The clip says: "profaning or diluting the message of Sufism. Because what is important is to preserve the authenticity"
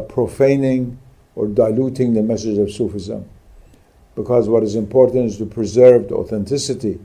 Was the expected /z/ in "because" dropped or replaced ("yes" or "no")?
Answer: no